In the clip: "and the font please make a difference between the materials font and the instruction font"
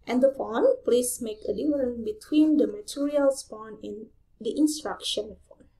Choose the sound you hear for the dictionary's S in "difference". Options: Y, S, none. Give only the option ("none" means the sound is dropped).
none